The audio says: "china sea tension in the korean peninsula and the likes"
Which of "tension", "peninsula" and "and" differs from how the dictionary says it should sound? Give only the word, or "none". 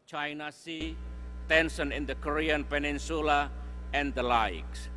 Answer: tension